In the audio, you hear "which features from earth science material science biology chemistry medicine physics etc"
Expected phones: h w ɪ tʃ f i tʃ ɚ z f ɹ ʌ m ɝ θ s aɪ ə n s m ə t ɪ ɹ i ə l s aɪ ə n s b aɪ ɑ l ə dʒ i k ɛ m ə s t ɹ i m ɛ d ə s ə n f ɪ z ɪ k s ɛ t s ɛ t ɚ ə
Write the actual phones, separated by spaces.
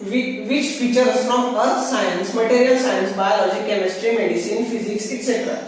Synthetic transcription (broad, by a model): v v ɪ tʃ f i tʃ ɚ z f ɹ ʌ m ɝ t s aɪ ə n s m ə t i ɹ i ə l s aɪ ə n s b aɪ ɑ l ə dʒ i k ɛ m ə s t ɹ i m ɛ d ə s ə n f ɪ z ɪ k s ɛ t s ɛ t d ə